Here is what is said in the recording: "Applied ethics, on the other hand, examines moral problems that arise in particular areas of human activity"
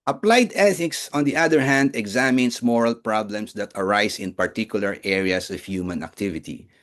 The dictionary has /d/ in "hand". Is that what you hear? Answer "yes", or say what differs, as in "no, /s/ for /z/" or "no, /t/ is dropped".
yes